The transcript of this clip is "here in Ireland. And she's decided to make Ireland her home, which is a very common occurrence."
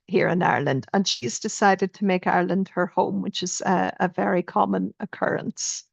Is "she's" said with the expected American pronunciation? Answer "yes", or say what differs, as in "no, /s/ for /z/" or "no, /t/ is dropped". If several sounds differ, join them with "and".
yes